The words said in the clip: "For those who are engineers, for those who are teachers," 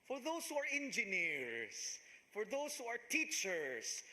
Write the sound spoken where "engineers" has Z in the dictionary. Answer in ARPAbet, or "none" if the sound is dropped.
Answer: S